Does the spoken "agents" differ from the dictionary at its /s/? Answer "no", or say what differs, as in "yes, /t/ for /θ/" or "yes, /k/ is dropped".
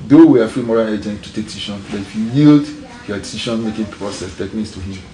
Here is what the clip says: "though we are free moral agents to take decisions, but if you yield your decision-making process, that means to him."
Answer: yes, /s/ is dropped